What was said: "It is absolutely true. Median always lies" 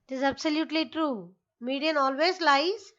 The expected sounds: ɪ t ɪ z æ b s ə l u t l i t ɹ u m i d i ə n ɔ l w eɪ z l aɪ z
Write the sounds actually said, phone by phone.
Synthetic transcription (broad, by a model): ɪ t ɪ z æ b s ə l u t l i t ɹ u m i d i ə n ɔ l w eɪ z l aɪ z